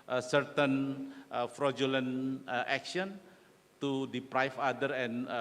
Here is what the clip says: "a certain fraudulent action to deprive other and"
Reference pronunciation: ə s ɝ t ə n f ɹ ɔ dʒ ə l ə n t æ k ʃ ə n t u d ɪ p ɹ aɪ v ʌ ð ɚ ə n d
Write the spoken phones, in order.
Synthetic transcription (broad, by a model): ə s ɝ t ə n f ɹ ɔ dʒ ə l ə n t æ k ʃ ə n t u d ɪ p ɹ aɪ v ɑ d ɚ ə n